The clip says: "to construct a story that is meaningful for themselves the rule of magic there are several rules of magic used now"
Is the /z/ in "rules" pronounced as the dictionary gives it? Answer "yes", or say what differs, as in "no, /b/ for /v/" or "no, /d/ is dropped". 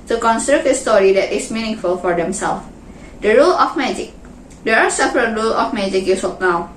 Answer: no, /z/ is dropped